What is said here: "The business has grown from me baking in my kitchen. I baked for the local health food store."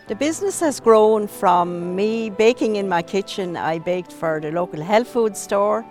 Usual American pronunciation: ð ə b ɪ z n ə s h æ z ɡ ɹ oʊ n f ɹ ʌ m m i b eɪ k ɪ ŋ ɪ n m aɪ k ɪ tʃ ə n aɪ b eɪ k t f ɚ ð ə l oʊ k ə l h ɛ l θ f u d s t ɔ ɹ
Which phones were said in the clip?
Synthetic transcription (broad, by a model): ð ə b ɪ z n ə s h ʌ z ɡ ɹ oʊ n f ɹ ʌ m m i b eɪ k ɪ ŋ ɪ n m aɪ k ɪ tʃ ə n aɪ b eɪ k t f ɚ ð ə l oʊ k ə l h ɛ l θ f u d s t ɔ ɹ